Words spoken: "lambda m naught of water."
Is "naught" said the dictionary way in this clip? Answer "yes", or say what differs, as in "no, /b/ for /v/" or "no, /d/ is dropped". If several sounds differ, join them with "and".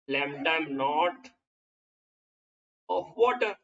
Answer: yes